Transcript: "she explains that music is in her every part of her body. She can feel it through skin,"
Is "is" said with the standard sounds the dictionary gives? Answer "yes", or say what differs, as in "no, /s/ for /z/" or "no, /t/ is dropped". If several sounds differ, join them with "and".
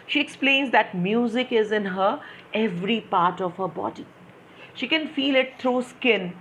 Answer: yes